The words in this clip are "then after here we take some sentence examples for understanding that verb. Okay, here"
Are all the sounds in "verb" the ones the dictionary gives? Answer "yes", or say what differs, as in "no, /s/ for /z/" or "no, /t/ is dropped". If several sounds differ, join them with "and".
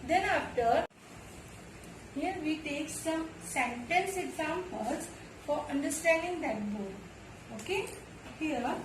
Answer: no, /b/ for /v/